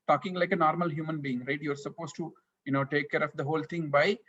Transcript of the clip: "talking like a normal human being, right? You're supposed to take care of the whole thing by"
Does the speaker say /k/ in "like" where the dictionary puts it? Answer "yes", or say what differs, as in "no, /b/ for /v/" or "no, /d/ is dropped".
yes